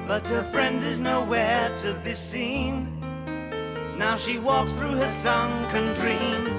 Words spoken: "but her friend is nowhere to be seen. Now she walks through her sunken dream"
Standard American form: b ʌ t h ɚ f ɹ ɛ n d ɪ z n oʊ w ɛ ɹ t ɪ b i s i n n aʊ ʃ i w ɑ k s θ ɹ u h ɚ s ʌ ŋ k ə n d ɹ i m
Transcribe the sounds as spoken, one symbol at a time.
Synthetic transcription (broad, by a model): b ʌ t h ɚ f ɹ ɛ n d ɪ z n oʊ w ɛ ɹ t ɪ b i s i n n aʊ ʃ i w ɑ k s θ ɹ u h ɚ s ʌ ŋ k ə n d ɹ i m